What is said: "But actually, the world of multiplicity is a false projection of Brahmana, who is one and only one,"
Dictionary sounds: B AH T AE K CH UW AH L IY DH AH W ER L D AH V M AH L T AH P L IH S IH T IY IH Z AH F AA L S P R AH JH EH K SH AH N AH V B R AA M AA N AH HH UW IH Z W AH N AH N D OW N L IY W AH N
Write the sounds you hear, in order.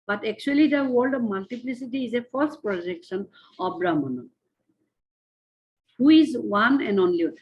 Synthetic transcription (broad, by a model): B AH T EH K CH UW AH L IY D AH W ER L D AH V M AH L T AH P L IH S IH T IY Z AH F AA S P R AH JH EH K SH AH N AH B R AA M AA N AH HH UW IH Z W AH N AH N D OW N L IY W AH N